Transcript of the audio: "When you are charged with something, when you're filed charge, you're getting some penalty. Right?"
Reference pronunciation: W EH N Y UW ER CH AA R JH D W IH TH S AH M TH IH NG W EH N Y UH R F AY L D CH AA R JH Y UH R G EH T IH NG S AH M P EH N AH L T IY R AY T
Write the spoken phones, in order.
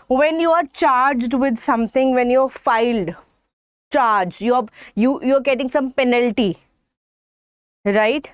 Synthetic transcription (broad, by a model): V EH N Y UW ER CH AA R JH D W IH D S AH M T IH NG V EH N Y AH R F AY L D CH AA R JH Y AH R G EH T IH NG S AH M P EH N AH L T IY R AY T